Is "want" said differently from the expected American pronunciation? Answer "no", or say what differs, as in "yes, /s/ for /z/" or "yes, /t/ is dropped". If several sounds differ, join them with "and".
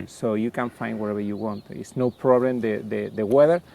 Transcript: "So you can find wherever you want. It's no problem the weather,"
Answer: no